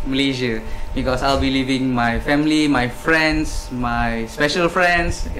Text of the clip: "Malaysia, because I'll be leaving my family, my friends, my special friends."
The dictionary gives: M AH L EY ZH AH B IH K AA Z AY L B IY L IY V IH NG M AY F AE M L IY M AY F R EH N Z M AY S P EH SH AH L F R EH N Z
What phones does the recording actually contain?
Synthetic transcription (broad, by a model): M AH L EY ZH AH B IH K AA S AY L B IY L IY V IH NG M AY F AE M L IY M AY F R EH N S M AY S P EH SH AH L F R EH N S